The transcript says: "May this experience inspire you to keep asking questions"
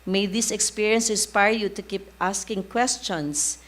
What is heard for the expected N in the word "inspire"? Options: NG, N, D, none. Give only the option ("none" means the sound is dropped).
none